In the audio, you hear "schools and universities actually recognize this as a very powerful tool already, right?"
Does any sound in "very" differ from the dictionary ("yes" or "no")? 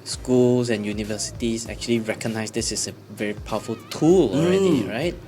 no